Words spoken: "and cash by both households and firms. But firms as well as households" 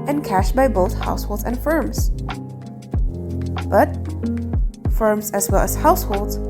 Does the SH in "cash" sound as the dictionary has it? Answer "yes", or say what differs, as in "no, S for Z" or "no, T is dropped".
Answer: yes